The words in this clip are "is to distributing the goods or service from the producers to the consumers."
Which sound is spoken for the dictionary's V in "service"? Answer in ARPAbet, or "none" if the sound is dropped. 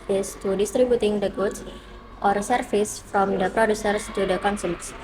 F